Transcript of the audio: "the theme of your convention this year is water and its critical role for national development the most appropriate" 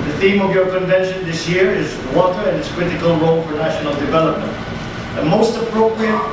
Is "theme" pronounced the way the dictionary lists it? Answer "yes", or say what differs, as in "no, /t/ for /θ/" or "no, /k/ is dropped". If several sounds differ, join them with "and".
yes